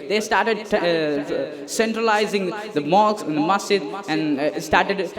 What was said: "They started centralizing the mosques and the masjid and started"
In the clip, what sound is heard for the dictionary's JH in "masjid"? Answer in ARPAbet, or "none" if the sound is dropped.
none